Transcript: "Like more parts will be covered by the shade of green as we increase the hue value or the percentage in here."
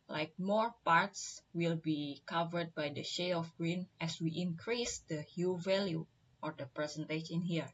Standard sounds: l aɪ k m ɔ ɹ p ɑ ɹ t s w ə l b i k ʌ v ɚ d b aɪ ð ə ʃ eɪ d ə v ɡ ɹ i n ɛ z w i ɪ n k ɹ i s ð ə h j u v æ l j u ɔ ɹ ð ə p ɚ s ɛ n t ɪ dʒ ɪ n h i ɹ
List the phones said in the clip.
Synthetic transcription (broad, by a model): l aɪ k m ɔ ɹ p ɑ ɹ t s w ə l b i k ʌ v ɚ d b aɪ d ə ʃ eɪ ə f ɡ ɹ i n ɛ s w i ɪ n k ɹ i s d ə h j u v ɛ l j u ɔ ɹ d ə p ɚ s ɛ n t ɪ ʃ ɪ n h i ɹ